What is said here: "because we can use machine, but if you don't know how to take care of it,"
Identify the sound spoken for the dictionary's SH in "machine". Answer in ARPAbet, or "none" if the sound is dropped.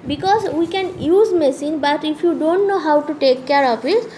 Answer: S